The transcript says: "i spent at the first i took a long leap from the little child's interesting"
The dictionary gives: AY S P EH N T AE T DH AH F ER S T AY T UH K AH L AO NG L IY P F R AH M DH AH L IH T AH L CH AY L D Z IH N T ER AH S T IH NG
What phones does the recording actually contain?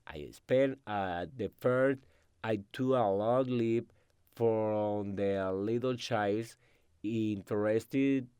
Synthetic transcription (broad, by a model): AY S P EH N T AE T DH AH F ER S T AY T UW AH L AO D L IY P F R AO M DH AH L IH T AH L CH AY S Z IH N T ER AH S T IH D